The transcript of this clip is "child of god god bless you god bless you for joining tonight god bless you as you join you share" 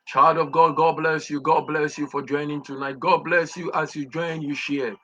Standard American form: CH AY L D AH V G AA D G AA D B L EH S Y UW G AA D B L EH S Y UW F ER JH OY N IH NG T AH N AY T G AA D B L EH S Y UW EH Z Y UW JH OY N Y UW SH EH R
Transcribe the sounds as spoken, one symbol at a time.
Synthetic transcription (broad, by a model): CH AY L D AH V G AA D G AA D B L EH S Y UW G AA D B L EH S Y UW F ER JH OY N IH NG T AH N AY T G AA D B L EH S Y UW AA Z Y UW JH OY N Y UW SH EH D